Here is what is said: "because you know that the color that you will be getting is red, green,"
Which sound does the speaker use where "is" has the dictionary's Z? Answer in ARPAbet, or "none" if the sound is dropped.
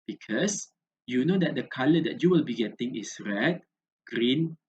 S